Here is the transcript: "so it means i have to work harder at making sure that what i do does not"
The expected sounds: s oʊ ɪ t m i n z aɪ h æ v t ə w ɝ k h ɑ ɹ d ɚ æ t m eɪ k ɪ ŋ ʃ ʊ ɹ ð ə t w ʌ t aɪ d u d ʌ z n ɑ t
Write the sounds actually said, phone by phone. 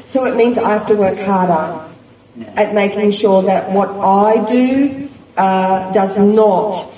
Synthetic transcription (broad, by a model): s oʊ ɪ t m i n z aɪ h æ f t ə w ɝ k h ɑ ɹ d ɚ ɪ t m eɪ k ɪ ŋ ʃ ʊ ɹ ð ə t w ʌ t aɪ d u d ʌ z n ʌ t